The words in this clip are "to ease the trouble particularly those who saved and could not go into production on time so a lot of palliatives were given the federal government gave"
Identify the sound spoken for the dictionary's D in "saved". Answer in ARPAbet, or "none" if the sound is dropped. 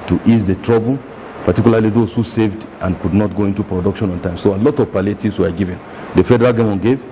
D